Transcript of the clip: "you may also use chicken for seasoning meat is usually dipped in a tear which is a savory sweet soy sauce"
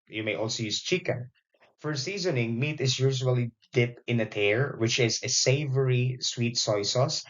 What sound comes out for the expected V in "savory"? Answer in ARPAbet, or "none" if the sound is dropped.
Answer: V